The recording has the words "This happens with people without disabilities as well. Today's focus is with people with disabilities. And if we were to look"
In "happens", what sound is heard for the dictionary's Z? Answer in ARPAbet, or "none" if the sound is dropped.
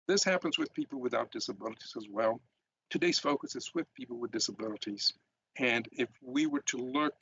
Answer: Z